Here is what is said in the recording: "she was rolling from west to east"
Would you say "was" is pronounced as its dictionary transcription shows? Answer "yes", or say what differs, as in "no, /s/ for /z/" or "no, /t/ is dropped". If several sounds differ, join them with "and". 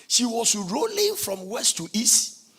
no, /s/ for /z/